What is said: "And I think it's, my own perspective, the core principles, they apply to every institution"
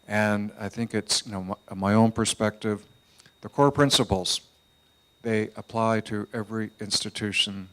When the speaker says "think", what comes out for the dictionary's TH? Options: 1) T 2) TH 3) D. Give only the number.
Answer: 2